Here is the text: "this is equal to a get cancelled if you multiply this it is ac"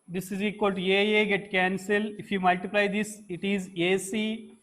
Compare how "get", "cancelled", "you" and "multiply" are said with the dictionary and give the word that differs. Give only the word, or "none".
cancelled